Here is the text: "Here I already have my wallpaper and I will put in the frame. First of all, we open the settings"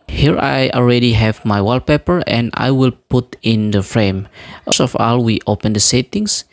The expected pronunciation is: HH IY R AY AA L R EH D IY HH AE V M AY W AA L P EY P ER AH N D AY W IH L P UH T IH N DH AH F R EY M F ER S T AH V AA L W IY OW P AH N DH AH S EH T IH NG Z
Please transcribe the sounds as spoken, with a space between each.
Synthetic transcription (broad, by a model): HH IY R AY AA L R EH D IY HH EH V M AY W AA L P EY P ER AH N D AY W IH L P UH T IH N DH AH F R EY M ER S AH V AA L W IY OW P AH N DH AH S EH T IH NG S